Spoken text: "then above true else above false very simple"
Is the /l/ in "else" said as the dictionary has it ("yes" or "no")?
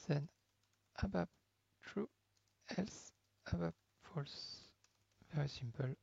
yes